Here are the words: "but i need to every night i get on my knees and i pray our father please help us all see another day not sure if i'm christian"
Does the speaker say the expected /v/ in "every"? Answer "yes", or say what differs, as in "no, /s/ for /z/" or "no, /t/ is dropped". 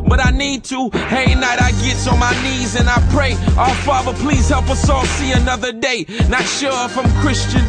no, /v/ is dropped